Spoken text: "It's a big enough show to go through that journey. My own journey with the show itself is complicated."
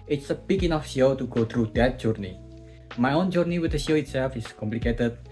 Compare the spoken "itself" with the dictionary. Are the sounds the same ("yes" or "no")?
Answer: yes